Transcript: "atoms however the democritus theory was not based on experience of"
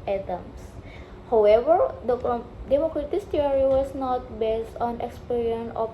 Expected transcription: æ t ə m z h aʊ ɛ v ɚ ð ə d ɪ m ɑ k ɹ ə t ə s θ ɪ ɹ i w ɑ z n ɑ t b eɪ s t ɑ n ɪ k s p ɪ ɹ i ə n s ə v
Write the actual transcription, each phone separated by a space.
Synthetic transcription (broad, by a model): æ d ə m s h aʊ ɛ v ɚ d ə d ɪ m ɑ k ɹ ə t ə s t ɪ ɹ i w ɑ s n ɑ t b eɪ s t ɑ n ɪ k s p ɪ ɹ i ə n ə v